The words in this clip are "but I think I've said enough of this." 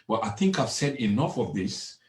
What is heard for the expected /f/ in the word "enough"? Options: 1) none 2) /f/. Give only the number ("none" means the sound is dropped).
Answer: 2